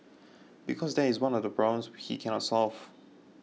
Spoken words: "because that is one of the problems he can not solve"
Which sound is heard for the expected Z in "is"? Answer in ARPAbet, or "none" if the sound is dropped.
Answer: Z